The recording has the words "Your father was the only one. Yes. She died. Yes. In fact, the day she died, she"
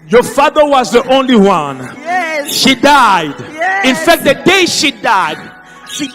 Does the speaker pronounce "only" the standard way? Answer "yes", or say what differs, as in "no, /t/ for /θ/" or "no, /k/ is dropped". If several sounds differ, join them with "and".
yes